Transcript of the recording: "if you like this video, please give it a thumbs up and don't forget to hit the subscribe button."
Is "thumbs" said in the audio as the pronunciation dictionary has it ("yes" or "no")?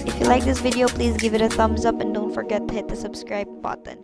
yes